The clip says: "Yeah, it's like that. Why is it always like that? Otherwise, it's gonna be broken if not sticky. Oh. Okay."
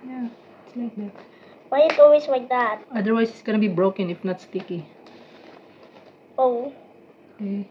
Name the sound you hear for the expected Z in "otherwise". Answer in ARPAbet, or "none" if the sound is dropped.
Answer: S